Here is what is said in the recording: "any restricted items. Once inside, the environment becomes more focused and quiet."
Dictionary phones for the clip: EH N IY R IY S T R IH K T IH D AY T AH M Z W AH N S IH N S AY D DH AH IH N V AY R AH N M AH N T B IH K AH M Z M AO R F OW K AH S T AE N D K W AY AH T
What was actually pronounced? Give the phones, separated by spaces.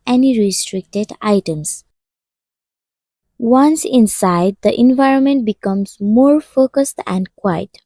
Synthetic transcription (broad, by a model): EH N IY R IY S T R IH K T IH D AY T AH M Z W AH N S IH N S AY D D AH IH N V AY R AH N M AH N T B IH K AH M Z M AO R F OW K AH S T AE N D K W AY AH T